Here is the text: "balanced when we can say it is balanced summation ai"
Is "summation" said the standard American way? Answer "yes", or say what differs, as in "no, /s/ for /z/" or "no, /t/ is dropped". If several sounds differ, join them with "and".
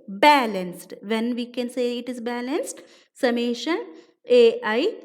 yes